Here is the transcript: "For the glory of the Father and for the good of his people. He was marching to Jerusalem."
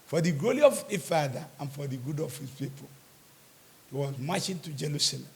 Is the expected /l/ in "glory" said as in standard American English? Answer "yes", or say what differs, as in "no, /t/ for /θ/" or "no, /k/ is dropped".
no, /l/ is dropped